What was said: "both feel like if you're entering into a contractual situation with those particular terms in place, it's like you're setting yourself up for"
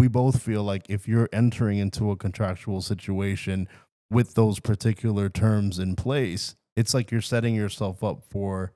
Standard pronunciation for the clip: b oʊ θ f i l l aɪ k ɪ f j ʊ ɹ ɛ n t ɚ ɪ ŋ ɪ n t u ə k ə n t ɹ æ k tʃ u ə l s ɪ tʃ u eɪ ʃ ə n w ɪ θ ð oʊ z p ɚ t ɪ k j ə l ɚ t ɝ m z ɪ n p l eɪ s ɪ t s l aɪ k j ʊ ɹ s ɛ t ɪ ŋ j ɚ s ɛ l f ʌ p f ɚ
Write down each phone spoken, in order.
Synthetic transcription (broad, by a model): b oʊ θ f i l l aɪ k ɪ f j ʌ ɹ ɛ n t ɚ ɪ ŋ ɪ n t u ə k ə n t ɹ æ k tʃ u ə l s ɪ tʃ u eɪ ʃ ə n w ɪ ð oʊ z p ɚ t ɪ k j l ɚ t ɝ m z ɪ n p l eɪ s ɪ t s l aɪ k j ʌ ɹ s ɛ t ɪ ŋ j ɚ s ɛ l f ʌ p f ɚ